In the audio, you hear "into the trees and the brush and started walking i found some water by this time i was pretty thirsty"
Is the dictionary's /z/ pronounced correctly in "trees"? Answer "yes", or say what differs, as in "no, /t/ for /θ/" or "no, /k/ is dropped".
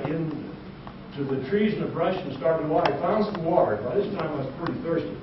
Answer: yes